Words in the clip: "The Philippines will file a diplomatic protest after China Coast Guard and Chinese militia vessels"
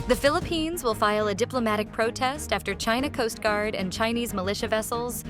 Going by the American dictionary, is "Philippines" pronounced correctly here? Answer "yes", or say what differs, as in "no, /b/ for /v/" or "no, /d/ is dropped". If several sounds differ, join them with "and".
yes